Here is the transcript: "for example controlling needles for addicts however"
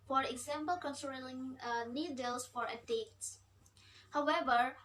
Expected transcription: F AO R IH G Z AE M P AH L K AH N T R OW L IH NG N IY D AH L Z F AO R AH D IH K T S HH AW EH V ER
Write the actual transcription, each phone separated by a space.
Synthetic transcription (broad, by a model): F AO R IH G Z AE M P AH L K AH N S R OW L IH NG N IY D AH L S F AO R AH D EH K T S HH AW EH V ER